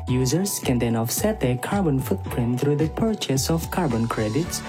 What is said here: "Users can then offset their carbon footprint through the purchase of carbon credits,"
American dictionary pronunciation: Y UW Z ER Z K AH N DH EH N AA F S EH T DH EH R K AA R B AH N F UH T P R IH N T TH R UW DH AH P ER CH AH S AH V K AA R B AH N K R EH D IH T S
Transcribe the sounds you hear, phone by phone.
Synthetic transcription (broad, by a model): Y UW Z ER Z K AH N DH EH N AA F S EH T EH K AA R B AH N F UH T P R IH N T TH R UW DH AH P ER CH AH S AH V K AA R B AH N K R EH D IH T S